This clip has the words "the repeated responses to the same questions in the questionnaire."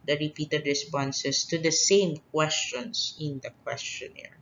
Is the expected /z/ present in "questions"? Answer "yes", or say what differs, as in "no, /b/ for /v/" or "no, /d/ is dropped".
no, /s/ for /z/